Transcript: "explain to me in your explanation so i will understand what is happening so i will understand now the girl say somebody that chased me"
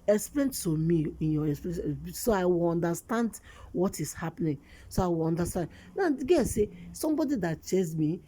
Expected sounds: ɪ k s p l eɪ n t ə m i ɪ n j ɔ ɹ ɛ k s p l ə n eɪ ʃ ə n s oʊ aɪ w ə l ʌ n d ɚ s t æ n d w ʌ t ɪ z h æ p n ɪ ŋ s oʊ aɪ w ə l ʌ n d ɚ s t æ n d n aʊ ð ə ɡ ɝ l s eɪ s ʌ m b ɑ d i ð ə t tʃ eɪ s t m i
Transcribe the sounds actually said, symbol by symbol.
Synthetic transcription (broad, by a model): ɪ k s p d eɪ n t ə m i ɪ n j ɔ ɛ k s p ə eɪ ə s s oʊ aɪ w ə l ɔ n d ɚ s t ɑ n d w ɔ t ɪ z h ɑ p n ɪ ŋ s oʊ aɪ w ə l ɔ n d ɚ s t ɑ n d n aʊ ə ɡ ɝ s eɪ s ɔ m b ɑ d i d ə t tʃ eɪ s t m i